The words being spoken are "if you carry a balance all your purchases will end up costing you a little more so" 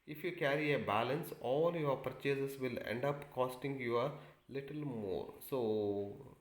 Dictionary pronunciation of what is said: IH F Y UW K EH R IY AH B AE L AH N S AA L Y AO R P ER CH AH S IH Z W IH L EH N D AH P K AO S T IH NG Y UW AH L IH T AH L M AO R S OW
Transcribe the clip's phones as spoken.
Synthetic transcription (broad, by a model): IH F Y UW K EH R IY AH B AE L AH N S AA L Y AO R P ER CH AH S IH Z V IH L EH N D AH P K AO S T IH NG Y UW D L IH T AH L M AO R S OW